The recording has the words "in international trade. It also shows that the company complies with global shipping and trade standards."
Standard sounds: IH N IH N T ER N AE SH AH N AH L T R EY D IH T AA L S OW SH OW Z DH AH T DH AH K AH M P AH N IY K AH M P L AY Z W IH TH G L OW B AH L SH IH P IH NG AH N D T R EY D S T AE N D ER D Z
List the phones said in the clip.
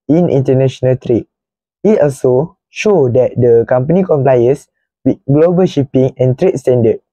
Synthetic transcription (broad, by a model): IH N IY N T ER N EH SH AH N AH L T R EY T IH T AA L S OW SH OW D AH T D AH K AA M P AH N IY K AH M P L AY S W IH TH G L OW B AH L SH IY P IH NG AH N T R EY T S T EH N D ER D